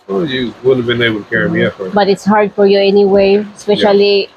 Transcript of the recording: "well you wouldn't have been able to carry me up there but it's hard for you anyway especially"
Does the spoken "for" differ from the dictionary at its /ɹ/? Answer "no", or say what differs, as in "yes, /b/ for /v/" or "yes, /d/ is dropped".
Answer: no